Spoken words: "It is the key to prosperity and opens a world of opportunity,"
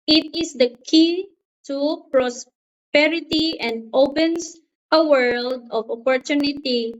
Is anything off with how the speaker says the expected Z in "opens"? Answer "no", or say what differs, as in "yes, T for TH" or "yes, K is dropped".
yes, S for Z